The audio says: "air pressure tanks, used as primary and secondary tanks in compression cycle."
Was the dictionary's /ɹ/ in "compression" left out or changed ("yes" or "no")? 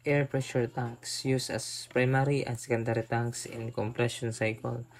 no